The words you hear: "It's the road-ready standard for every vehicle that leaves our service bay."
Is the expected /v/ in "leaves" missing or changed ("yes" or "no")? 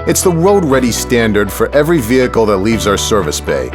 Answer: no